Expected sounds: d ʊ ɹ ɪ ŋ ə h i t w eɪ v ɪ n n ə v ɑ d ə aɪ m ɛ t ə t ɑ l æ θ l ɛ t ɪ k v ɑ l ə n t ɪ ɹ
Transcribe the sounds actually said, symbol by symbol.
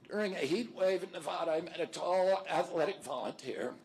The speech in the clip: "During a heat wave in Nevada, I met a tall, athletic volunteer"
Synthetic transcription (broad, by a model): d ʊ ɹ ɪ ŋ ə h i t w eɪ v ɪ n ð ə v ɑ d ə m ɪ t ə t ɑ l æ θ l ɛ t ɪ k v ɑ l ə n t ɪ ɹ